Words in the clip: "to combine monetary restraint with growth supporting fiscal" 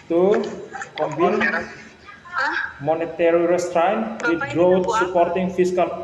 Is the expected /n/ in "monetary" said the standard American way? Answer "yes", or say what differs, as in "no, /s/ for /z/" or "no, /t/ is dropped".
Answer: yes